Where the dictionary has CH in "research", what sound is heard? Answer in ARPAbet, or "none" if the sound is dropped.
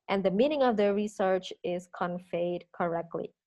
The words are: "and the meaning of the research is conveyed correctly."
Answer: CH